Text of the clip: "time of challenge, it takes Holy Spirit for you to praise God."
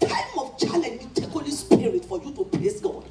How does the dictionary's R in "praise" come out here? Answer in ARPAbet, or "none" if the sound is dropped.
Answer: L